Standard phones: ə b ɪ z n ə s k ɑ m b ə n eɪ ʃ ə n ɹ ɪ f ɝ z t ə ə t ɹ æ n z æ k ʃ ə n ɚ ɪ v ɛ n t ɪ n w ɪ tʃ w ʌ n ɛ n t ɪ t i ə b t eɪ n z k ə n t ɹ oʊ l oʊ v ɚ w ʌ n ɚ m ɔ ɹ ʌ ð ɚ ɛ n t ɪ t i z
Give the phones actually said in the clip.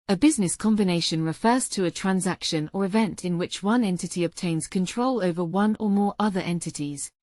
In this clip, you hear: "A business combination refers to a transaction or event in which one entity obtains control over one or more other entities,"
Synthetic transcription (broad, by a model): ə b ɪ z n ə s k ɑ m b ə n eɪ ʃ ə n ɹ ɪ f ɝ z t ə ə t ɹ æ n z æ k ʃ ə n ɚ ɪ v ɛ n t ɪ n w ɪ tʃ w ʌ n ɛ n t ɪ t i ə b t eɪ n z k ə n t ɹ oʊ l oʊ v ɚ w ʌ n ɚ m ɔ ɹ ʌ ð ɚ ɛ n t ɪ t i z